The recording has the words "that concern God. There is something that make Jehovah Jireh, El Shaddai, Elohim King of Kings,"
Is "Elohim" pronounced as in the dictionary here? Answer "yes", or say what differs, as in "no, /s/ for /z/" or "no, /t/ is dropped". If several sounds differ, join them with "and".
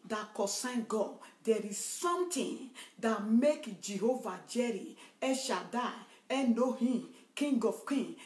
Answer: no, /n/ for /l/